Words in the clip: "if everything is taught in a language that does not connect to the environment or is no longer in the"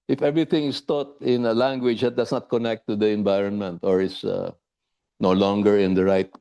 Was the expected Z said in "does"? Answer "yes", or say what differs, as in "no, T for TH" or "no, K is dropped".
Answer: no, S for Z